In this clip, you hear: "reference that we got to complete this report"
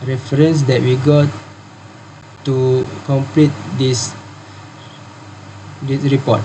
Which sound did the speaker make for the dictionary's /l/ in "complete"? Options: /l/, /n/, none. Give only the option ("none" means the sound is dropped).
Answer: /l/